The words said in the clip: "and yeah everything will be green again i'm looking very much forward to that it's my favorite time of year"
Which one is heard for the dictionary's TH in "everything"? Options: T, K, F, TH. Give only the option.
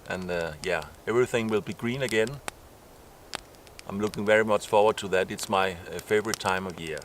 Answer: TH